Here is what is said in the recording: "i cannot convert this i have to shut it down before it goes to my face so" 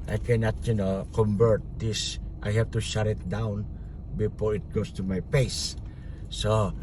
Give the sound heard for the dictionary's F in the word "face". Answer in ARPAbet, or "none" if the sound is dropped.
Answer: P